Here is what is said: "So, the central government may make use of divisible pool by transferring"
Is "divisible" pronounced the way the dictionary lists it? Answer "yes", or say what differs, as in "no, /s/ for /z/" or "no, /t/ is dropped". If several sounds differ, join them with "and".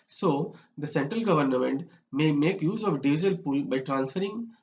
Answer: no, /b/ is dropped